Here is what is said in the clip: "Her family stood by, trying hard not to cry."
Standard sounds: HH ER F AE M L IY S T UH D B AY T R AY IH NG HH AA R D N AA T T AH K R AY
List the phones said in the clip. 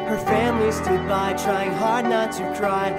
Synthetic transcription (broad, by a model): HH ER F AE M L IY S T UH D B AY T R AY IH NG HH AA R D N AA T S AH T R AY